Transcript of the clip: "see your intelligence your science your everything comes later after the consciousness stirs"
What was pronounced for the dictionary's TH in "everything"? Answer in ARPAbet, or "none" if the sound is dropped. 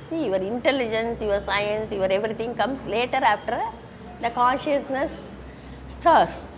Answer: T